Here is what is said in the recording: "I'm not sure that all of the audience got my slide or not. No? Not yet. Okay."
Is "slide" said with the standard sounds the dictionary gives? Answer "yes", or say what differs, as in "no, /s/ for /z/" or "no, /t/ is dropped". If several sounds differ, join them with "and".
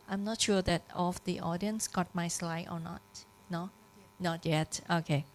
yes